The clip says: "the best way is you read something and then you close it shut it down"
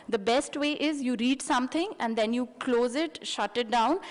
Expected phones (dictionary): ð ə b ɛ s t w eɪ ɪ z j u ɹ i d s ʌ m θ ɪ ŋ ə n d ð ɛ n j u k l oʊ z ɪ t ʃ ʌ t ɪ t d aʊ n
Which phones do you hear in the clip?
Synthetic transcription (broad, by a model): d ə b ɛ s t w eɪ ɪ z j u ɹ i d s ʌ m t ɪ ŋ ə n d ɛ n j u k l oʊ z ɪ t ʃ ʌ t ɪ t d aʊ n